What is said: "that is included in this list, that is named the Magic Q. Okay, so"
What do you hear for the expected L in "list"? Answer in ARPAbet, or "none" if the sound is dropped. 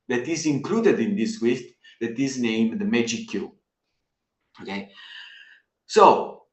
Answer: W